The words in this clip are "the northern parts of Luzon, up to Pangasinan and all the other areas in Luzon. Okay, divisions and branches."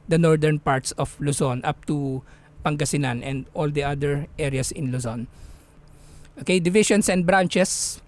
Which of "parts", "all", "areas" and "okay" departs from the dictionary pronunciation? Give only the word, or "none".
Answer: areas